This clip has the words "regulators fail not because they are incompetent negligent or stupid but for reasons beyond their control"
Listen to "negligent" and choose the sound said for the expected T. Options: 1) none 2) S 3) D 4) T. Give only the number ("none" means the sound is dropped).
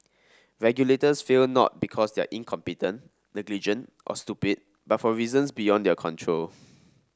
4